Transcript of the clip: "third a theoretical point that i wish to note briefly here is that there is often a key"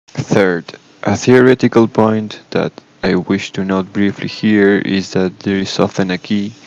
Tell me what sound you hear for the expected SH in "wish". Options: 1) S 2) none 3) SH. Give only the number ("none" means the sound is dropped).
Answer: 3